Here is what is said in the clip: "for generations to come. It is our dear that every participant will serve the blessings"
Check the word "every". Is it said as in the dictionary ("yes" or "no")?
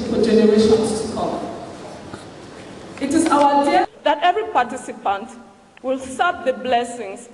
yes